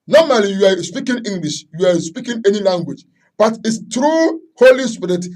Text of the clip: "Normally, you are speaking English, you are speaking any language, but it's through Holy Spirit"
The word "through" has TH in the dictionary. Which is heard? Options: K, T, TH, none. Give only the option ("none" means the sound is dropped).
T